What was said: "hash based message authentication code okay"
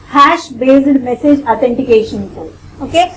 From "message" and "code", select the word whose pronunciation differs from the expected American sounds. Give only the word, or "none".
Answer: code